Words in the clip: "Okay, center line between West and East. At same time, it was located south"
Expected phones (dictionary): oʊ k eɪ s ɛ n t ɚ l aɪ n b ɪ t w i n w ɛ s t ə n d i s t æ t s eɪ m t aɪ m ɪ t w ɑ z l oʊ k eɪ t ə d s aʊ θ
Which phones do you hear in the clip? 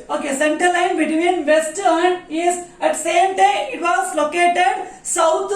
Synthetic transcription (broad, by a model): oʊ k eɪ s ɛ n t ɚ l aɪ n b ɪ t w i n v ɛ s t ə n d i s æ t s eɪ m t aɪ m ɪ t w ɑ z l oʊ k eɪ t ə d s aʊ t